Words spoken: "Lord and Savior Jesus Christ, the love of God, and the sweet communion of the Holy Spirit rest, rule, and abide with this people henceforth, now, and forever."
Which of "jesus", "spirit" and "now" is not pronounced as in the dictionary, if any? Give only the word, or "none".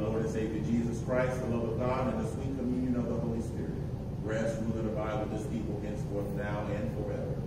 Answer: none